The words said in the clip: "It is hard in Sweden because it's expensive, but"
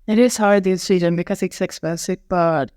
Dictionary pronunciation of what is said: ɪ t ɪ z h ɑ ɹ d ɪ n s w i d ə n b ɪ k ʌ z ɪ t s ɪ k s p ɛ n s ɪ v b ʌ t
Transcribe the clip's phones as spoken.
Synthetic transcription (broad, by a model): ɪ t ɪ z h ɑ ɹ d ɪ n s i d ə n b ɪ k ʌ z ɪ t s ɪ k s b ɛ s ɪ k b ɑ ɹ